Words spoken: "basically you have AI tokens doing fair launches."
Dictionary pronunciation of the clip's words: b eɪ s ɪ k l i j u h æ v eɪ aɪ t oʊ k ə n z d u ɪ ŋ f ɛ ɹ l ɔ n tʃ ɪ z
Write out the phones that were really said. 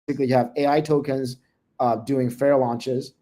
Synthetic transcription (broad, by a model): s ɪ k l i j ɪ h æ v eɪ aɪ t oʊ k ə n z d u ɪ ŋ f ɛ ɹ l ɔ n tʃ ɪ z